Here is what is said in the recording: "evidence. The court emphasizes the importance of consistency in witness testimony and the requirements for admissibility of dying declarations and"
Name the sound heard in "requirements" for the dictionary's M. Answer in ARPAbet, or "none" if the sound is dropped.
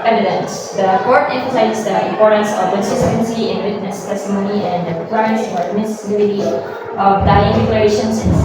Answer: none